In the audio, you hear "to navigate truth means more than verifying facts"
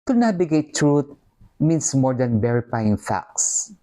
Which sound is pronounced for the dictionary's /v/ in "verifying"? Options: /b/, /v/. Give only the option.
/b/